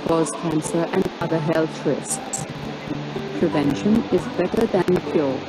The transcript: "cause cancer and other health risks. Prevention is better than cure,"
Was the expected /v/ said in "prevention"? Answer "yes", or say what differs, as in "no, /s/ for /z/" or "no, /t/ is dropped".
yes